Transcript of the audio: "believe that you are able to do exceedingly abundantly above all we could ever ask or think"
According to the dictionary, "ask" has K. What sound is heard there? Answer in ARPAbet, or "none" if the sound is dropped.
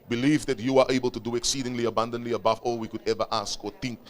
K